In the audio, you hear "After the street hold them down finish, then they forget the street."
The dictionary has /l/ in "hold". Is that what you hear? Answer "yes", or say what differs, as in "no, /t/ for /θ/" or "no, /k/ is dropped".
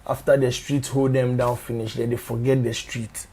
yes